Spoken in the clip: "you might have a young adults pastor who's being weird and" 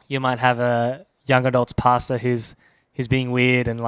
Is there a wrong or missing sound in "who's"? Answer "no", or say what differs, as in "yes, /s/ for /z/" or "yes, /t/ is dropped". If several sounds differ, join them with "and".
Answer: no